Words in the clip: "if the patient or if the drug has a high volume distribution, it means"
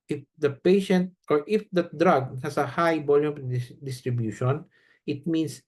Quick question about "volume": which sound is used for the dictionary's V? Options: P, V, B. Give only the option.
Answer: B